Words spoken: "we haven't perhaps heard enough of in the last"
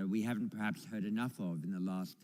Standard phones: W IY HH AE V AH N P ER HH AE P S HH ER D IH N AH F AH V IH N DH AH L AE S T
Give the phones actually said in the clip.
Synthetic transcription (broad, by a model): W IY HH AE V N P ER HH AE P S HH ER D IH N AH F AH V IH N DH AH L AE S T